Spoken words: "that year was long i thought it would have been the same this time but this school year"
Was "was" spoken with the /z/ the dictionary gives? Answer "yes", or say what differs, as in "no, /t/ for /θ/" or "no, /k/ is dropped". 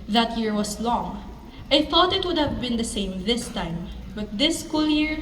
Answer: no, /s/ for /z/